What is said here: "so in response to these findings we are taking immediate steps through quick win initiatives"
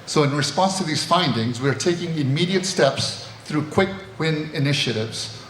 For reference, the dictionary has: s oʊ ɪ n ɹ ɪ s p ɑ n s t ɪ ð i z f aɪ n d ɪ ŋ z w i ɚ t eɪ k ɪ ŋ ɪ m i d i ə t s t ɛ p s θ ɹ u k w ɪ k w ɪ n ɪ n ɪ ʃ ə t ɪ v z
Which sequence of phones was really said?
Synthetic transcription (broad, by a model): s oʊ ɪ n ɹ ɪ s p ɑ n s t ɪ ð i z f aɪ n d ɪ ŋ z w i ɚ t eɪ k ɪ ŋ ɪ m i d i ə t s t ɛ p s θ ɹ u k w ɪ k w ɪ n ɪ n ɪ ʃ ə t ɪ v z